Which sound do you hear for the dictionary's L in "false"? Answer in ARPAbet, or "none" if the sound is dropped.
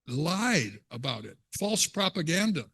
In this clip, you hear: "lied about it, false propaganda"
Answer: L